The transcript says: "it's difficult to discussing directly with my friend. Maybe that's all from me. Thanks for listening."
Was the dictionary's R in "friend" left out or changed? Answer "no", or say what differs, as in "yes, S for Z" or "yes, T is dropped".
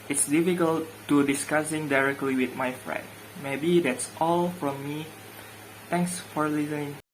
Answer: no